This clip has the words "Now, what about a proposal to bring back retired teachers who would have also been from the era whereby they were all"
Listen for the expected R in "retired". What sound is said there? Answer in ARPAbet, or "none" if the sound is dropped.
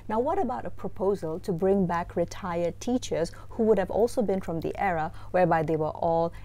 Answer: R